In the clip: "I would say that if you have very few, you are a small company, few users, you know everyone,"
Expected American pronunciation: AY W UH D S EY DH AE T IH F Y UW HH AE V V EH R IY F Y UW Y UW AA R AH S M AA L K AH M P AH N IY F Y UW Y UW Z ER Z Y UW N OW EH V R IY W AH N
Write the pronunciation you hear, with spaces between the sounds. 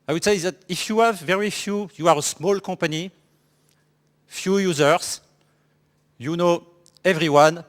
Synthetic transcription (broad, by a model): AY W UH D S EY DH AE T IH F Y UW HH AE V V EH R IY F Y UW Y UW AA R AH S M AA L K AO P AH N IY F Y UW Y UW Z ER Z Y UW N OW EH V R IY W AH N